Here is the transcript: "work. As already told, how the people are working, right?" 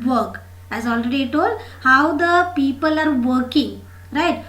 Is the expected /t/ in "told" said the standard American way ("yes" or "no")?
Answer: yes